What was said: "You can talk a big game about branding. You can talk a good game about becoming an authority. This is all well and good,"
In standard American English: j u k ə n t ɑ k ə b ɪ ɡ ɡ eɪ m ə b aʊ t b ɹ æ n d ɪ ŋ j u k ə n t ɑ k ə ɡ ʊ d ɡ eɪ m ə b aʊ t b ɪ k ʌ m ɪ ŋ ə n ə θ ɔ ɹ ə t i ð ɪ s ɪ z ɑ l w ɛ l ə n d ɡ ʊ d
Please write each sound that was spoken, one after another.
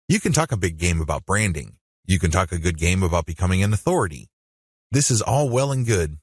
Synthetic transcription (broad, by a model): j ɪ k ə n t ɑ k ə b ɪ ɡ ɡ eɪ m ə b aʊ t b ɹ æ n d ɪ ŋ j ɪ k ə n t ɑ k ə ɡ ʊ d ɡ eɪ m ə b aʊ t b ɪ k ʌ m ɪ ŋ ə n ə θ ɔ ɹ ə t i ð ɪ s ɪ z ɑ l w ɛ l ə n ɡ ʊ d